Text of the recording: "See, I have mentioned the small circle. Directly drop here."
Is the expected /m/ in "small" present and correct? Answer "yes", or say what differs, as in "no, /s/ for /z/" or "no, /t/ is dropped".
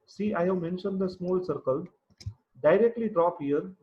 yes